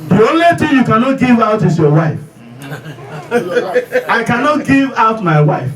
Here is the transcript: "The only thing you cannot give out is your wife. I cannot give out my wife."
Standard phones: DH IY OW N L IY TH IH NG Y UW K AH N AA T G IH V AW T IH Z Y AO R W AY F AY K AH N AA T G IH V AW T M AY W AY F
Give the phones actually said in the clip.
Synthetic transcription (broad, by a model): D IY OW N L IY T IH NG Y UW K AH N AA T G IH V AW T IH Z Y AO W AY F AY K AH N AA T G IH V AW T M AY W AY F